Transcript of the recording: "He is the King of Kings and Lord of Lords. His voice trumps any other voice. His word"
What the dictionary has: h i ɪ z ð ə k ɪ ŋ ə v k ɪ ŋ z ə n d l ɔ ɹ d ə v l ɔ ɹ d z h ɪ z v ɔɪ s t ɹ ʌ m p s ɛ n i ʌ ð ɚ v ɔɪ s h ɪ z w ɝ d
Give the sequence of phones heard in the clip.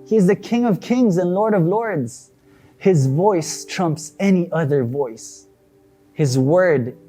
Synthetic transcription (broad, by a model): h i ɪ z ð ə k ɪ ŋ ə v k ɪ ŋ z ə n l ɔ ɹ d ə v l ɔ ɹ d z h ɪ z v ɔɪ s t ɹ ʌ m p s ɛ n i ʌ ð ɚ v ɔɪ s h ɪ z w ɝ d